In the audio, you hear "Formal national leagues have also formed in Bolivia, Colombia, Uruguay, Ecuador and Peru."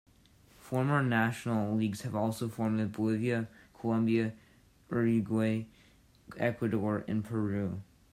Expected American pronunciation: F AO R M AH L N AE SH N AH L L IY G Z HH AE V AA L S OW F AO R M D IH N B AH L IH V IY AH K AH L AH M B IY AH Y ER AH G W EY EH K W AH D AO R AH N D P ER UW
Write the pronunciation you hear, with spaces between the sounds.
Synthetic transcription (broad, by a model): F AO R M AH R N AE SH N L L IY G Z HH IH V AA L S OW F AO R M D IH B AH L IH V IY AH K AH L AH M B IY AH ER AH G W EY EH K W AH D AO R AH N P ER UW